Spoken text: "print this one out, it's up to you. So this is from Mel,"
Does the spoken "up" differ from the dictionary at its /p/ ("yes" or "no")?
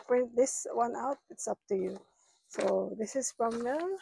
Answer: no